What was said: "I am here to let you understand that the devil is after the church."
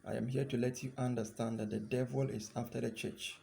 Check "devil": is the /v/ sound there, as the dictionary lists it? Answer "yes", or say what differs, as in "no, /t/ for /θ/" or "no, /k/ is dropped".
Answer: yes